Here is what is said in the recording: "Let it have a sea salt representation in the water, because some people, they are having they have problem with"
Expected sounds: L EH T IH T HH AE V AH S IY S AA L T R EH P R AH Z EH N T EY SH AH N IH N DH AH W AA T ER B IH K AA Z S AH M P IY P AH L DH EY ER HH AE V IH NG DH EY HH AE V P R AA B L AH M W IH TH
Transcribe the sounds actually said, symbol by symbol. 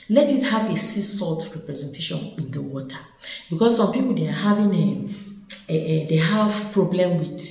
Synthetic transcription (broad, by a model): L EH T IH T HH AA V AH S IY S AA L T R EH P R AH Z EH N T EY SH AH N IH N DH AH W AA T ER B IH K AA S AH M P IY P AH L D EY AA HH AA V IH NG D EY HH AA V P R AA B L AH M W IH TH